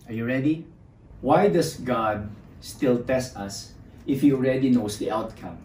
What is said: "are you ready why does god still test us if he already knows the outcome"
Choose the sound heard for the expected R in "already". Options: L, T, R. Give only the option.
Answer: R